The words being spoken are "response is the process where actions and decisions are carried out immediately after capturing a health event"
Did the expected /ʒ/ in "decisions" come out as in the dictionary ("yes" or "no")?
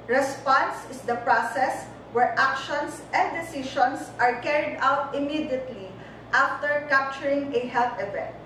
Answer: no